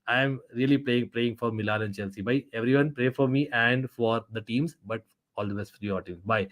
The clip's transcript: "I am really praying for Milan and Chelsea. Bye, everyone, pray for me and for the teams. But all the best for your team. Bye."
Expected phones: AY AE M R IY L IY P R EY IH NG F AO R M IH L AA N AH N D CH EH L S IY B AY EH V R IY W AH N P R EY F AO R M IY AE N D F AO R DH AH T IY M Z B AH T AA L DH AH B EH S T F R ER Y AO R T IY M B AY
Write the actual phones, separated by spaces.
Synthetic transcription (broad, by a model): AY M R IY L IY P R EY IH NG F AO R M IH L AA L AH N D CH EH L S IY B AY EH V R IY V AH N P R EY F AO R M IY AE N D F AO R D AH T IY M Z B AH T AA L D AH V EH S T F R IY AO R T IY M B AY